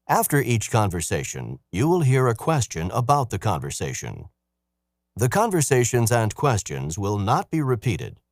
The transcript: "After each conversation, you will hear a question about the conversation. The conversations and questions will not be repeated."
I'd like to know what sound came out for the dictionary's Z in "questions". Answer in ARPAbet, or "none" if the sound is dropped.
Z